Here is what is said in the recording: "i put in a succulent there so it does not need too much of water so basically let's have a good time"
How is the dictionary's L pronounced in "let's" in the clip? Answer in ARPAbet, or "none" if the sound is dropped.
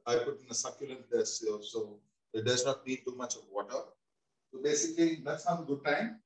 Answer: N